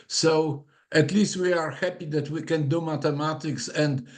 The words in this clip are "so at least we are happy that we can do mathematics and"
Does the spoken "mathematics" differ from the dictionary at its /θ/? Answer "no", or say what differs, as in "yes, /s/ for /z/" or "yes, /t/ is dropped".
yes, /t/ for /θ/